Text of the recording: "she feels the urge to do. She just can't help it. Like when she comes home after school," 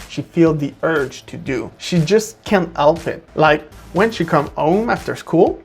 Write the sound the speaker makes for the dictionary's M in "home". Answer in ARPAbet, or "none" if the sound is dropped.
M